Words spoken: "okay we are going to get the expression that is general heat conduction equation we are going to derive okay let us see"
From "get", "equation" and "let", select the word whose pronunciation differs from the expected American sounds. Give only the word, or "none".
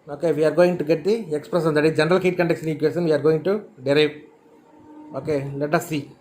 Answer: equation